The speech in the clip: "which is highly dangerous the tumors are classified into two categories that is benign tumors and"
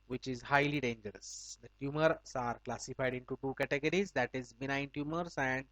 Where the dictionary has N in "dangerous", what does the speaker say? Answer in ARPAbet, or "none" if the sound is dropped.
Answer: N